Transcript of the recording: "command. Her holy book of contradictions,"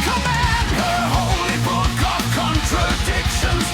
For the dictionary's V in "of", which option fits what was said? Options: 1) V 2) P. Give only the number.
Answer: 2